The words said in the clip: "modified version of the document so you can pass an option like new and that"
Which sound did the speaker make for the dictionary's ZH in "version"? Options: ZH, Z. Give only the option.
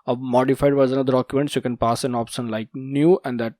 Z